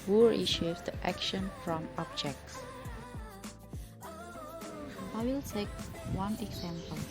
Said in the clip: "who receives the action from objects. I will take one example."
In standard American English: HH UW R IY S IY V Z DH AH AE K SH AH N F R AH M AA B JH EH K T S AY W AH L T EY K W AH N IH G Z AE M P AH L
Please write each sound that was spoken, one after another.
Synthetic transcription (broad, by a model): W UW R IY SH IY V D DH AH AE K SH AH N F R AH M AA B JH EH K T S AY W AH L T EY K W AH N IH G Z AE M P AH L